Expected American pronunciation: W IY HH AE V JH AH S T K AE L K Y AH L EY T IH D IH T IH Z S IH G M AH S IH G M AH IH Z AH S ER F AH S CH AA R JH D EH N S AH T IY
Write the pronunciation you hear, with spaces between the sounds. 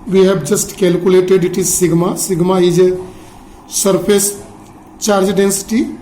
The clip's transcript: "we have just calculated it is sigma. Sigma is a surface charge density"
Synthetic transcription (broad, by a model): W IY HH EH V JH AH S T K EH L K Y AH L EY T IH D IH T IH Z S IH G M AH S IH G M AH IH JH AH S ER P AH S CH AA R JH D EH N S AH T IY